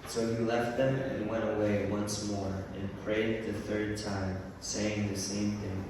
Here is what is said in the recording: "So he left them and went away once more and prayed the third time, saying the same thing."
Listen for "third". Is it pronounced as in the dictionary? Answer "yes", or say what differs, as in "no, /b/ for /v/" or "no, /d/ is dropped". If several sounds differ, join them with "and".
yes